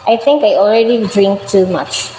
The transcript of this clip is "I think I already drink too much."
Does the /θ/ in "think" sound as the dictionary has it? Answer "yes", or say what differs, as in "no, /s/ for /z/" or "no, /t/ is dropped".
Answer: no, /t/ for /θ/